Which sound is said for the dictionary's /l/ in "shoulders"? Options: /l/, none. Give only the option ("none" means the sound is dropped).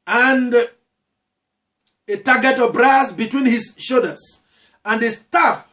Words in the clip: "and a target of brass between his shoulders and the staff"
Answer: none